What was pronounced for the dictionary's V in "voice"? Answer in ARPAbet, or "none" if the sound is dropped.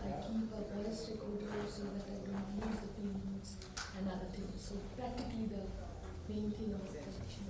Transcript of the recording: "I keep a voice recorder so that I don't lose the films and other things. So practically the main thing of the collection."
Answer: B